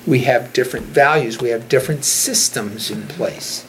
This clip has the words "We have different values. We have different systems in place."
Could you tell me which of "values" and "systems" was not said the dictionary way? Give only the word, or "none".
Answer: none